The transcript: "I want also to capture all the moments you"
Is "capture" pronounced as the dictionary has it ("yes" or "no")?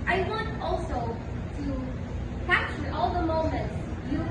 no